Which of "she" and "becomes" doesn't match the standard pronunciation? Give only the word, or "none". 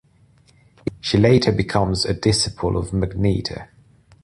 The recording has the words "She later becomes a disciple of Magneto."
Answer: none